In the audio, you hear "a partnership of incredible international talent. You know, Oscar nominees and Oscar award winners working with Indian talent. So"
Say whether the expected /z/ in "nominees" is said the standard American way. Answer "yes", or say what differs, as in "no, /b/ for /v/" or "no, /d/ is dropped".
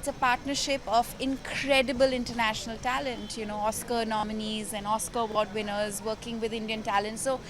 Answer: yes